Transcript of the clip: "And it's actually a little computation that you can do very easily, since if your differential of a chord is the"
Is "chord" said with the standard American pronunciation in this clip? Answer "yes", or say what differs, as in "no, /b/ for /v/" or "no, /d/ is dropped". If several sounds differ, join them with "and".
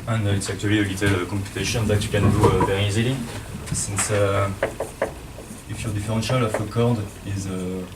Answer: yes